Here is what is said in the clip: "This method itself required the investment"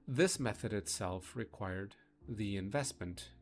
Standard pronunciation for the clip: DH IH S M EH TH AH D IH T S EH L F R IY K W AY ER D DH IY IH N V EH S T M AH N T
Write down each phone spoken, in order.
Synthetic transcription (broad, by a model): DH IH S M EH TH AH D IH T S EH L F R IY K W AY ER D DH IY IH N V EH S T M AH N T